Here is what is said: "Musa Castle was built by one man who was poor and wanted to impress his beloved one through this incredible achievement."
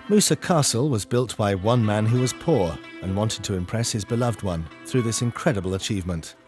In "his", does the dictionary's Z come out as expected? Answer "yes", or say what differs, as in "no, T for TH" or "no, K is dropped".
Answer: yes